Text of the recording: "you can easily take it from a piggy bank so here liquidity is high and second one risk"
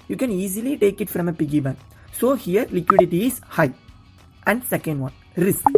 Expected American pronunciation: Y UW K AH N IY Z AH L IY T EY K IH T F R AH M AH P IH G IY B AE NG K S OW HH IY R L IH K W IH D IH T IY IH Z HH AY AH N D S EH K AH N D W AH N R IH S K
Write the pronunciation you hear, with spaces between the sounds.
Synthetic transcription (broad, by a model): Y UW K AH N IY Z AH L IY T EY K IH T F R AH M AH P IH G IY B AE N S OW HH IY R L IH K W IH D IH T IY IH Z HH AY AH N D S EH K AH N D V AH N R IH S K